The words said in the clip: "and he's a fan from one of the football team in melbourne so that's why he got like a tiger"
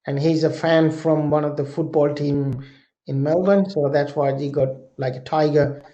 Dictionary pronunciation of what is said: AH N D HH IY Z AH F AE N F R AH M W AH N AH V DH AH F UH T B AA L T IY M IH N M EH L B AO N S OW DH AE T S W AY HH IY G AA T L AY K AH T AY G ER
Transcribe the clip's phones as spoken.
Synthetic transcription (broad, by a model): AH N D HH IY Z AH F AE N F R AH M W AH N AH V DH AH F UH T B AA L T IY M IH N M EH L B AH N S OW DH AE T S W AY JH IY G AA T L AY K AH T AY G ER